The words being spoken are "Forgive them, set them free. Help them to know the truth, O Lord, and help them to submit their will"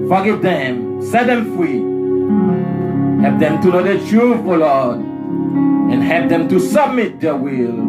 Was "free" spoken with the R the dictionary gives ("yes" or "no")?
yes